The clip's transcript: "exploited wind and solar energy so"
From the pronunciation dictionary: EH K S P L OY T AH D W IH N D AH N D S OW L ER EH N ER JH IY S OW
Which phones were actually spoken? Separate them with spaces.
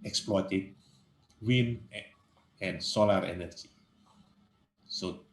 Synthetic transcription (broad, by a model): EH K S P L OY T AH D W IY N AH N S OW L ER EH N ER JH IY S OW